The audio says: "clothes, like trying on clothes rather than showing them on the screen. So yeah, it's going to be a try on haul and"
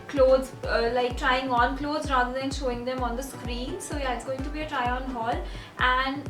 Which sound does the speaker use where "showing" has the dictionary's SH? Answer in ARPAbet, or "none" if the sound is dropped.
SH